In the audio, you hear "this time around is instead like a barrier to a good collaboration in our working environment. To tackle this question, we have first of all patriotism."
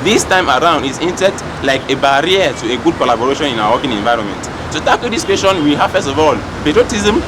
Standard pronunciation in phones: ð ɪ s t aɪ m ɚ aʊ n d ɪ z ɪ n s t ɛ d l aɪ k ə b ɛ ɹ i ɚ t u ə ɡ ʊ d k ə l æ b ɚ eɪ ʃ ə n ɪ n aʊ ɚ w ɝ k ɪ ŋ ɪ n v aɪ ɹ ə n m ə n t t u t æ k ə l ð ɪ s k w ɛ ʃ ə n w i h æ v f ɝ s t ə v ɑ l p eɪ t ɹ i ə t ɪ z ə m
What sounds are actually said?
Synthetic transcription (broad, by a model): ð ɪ s t aɪ m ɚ aʊ n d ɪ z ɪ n t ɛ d l aɪ k ə b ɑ ɹ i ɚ t u ə ɡ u d k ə l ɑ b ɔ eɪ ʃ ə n ɪ n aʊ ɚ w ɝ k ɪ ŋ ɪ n v aɪ ɹ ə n m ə n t t u t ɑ k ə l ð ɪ s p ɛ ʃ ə n w i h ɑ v f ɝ s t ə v ɑ l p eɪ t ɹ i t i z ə m